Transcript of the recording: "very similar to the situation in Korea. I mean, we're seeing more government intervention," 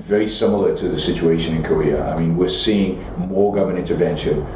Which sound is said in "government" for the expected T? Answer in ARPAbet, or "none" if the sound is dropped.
none